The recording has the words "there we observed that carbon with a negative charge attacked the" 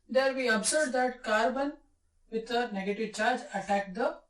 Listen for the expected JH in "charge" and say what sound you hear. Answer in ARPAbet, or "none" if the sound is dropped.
JH